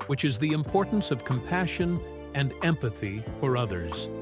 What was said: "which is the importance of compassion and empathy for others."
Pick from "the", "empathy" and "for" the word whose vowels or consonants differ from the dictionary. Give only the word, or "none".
none